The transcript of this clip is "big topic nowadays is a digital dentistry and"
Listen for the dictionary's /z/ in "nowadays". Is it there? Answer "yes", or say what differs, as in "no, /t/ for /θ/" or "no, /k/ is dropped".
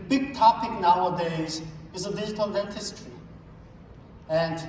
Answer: yes